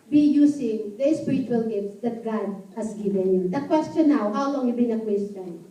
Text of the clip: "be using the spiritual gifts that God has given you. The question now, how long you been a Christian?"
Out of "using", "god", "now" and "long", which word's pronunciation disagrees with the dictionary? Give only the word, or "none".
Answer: using